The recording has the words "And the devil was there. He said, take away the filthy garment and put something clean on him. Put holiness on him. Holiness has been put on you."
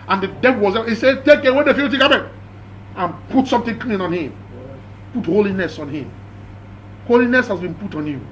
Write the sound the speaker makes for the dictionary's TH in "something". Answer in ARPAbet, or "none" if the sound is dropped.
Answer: T